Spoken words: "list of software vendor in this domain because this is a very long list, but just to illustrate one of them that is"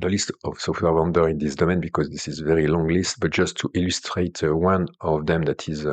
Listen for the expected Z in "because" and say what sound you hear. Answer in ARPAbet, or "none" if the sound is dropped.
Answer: Z